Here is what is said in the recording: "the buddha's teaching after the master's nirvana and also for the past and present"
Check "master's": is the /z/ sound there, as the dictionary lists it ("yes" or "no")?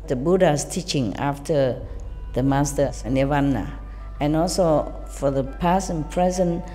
no